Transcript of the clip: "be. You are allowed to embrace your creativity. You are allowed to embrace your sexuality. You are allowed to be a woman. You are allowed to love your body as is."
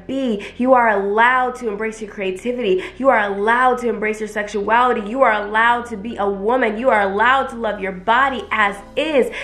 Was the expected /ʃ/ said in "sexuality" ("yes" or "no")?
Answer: yes